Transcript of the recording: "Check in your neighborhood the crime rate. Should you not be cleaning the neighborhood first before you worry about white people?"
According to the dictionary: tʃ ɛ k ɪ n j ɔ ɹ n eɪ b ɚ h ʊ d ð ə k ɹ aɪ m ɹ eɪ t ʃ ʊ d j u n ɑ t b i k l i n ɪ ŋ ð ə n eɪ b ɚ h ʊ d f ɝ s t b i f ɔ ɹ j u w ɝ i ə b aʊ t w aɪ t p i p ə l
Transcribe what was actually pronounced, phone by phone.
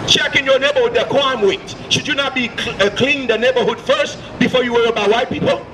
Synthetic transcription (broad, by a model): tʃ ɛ k ɪ n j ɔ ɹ n eɪ b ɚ h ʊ d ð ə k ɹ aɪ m w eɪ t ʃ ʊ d j u n ɑ t b i k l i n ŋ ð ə n eɪ b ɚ h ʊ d f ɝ s t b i f ɔ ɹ j u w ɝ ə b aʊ w aɪ t p i p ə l